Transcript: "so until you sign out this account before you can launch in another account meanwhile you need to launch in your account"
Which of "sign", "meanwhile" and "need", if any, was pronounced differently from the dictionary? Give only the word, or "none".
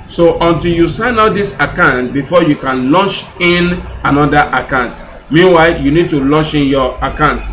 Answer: none